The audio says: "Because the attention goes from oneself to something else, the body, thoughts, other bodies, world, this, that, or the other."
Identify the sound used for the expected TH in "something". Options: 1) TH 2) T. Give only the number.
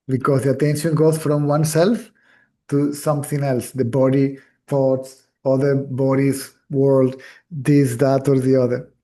2